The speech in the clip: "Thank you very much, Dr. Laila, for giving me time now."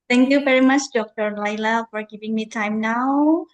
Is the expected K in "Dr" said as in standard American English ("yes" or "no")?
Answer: yes